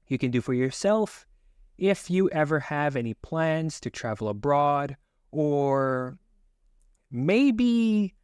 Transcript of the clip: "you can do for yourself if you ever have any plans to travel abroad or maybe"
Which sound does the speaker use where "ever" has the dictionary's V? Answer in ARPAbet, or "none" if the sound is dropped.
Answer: V